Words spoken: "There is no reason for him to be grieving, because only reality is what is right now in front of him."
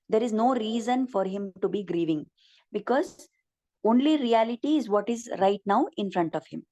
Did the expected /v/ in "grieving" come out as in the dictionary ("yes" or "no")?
yes